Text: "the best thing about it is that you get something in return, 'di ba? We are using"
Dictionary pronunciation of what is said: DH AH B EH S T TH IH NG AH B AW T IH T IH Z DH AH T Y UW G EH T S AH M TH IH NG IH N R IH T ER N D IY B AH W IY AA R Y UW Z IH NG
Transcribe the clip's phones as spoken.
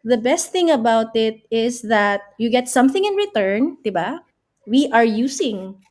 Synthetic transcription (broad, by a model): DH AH B EH S T TH IH NG AH B AW T IH T IH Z DH AH T Y UW G EH T S AH M TH IH NG IH N R IH T ER N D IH B AH W IY AA R Y UW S IH NG